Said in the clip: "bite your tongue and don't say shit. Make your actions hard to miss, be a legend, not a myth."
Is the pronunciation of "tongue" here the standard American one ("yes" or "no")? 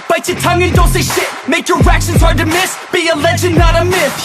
yes